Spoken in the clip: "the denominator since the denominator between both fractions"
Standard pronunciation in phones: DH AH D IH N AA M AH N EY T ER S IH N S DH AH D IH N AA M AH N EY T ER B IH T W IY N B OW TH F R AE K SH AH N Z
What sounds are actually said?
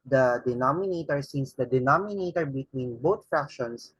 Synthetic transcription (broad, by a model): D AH D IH N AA M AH N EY T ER S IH N S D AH D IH N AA M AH N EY T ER B IH T W IY N B OW T F R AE K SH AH N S